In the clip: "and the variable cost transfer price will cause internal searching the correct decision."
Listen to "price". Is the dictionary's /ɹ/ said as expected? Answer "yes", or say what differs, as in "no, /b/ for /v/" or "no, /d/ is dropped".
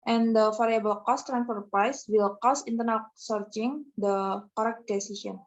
yes